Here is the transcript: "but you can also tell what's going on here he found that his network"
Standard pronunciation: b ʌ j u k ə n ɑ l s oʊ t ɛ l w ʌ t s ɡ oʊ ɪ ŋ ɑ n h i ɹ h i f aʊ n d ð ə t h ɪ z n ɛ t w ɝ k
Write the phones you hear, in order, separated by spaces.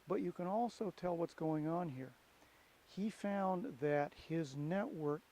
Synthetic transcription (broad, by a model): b ʌ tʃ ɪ k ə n ɑ l s oʊ t ɛ l w ʌ t s ɡ oʊ ɪ ŋ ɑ n h i ɹ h i f aʊ n ð ə t h ɪ z n ɛ t w ɝ k